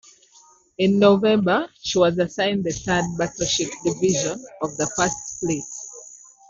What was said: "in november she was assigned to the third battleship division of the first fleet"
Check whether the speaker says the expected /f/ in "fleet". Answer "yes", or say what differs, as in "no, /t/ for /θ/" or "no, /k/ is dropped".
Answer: no, /p/ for /f/